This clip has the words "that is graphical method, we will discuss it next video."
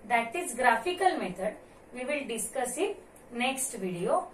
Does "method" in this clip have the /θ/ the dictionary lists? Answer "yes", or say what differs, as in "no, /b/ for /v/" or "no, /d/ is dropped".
no, /t/ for /θ/